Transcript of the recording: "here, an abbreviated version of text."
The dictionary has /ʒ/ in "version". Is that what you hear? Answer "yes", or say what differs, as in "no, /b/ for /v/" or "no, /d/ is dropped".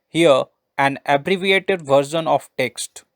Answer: no, /ʃ/ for /ʒ/